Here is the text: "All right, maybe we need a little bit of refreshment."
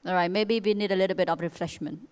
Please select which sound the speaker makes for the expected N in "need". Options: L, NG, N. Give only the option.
N